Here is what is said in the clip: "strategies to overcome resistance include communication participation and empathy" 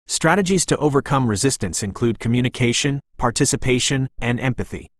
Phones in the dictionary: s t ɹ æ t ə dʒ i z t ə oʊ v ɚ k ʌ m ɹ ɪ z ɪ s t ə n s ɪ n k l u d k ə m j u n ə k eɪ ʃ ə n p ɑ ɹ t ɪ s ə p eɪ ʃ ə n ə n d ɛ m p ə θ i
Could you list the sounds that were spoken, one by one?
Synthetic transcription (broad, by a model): s t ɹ æ t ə dʒ i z t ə oʊ v ɚ k ʌ m ɹ ɪ z ɪ s t ə n s ɪ n k l u d k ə m j u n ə k eɪ ʃ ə n p ɑ ɹ t ɪ s ə p eɪ ʃ ə n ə n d ɛ m p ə θ i